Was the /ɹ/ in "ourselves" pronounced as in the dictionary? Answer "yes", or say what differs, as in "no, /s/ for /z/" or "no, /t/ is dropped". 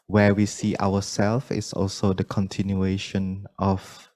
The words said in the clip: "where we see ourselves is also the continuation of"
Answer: no, /w/ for /ɹ/